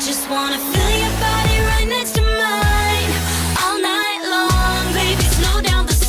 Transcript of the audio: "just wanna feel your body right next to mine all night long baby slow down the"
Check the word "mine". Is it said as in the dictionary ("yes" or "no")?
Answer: yes